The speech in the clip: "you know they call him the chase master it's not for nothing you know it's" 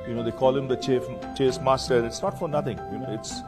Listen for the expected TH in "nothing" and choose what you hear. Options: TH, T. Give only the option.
T